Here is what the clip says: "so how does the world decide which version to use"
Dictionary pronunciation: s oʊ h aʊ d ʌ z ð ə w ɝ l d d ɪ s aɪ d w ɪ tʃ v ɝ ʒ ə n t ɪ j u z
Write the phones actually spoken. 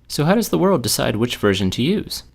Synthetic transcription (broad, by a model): s oʊ h aʊ d ʌ z ð ə w ɝ l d d ɪ s aɪ d w ɪ tʃ v ɝ ʒ ə n t ɪ j u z